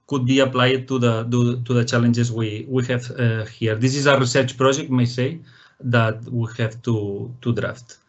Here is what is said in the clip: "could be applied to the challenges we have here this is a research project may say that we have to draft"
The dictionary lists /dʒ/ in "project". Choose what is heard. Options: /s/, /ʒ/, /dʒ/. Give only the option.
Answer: /ʒ/